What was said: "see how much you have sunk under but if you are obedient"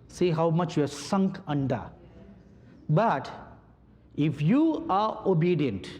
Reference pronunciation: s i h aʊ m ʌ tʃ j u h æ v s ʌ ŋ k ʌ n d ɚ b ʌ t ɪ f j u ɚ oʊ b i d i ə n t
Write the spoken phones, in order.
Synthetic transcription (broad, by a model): s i h aʊ m ʌ tʃ j u s ʌ ŋ k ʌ n d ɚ b ʌ t ɪ f j u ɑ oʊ b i d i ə n t